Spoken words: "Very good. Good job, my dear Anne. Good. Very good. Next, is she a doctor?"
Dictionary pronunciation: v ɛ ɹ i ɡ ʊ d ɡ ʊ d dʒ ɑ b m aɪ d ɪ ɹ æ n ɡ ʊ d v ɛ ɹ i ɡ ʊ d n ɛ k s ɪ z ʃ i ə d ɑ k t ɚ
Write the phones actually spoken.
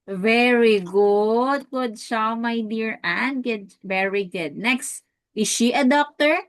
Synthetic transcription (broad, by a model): v ɛ ɹ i ɡ ʊ d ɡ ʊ d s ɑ m aɪ d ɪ ɹ æ n ɡ ʊ d v ɛ ɹ i ɡ ʊ d n ɛ k s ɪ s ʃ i ə d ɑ k t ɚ